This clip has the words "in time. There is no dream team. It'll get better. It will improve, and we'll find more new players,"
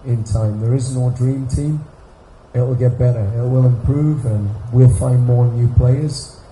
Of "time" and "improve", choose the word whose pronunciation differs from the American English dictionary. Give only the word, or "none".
none